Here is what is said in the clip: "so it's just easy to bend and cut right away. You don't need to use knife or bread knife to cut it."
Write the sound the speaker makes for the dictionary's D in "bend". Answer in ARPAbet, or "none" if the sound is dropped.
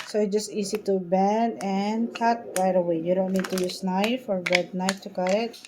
none